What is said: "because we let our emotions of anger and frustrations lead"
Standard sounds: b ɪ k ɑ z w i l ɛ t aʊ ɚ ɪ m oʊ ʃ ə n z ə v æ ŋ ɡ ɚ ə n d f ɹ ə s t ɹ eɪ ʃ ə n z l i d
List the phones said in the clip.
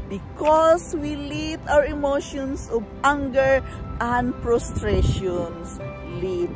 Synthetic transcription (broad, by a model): b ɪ k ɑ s w i l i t aʊ ɚ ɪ m oʊ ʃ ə n s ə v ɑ ŋ ɡ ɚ ə n d p ɹ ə s t ɹ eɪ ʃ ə n s l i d